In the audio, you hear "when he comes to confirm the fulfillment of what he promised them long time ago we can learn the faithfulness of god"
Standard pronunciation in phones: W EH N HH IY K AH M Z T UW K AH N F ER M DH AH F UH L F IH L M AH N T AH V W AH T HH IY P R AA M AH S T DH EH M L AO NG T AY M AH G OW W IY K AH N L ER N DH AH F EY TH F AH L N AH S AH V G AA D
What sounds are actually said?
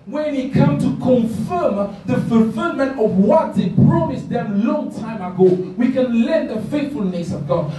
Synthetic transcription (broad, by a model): W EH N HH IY K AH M T UW K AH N F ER M DH AH F UH L F IH L M AH N T AH V W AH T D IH P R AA M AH S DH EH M L AO NG T AY M AH G OW W IY K AH N L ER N DH AH F EY TH F AH L N AH S AH V G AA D